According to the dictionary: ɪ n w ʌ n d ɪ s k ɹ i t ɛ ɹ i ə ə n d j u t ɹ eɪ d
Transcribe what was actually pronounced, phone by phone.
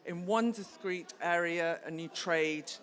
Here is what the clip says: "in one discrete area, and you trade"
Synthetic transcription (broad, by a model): ɪ n w ʌ n d ɪ s k ɹ i t ɛ ɹ i ə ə n j u t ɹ eɪ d